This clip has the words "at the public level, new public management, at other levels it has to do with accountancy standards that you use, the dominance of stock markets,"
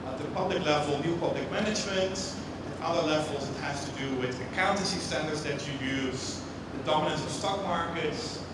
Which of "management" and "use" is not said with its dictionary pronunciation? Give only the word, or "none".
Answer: none